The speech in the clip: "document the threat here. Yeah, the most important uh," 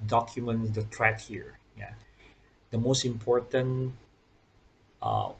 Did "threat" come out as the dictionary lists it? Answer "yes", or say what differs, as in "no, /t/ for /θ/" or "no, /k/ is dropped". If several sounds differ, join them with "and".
no, /t/ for /θ/